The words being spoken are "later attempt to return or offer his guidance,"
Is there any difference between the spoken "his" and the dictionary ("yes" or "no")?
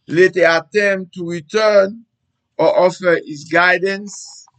yes